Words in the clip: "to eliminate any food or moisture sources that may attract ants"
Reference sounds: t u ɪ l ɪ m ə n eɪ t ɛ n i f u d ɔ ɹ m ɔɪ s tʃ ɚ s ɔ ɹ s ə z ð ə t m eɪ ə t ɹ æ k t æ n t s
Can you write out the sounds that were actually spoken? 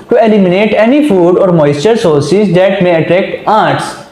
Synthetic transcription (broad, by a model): t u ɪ l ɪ m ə n eɪ t ɛ n i f u d ɔ ɹ m ɔɪ s tʃ ɚ s ɔ ɹ s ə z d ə t m eɪ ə t ɹ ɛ k t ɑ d t s